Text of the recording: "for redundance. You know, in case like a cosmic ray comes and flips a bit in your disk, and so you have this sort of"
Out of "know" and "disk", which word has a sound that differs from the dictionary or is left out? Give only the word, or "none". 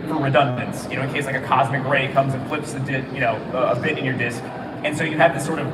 none